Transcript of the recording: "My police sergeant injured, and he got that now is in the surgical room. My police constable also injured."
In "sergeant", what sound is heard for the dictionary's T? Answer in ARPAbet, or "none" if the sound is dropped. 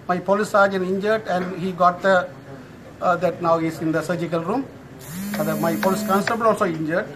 none